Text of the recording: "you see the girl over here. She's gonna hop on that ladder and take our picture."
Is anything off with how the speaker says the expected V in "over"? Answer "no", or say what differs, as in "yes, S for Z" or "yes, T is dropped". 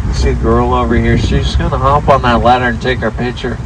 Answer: no